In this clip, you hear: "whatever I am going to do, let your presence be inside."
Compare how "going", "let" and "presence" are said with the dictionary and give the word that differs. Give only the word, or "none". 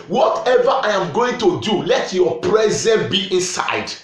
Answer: presence